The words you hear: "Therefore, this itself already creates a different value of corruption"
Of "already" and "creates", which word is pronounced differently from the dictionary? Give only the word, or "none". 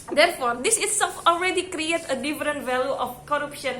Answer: creates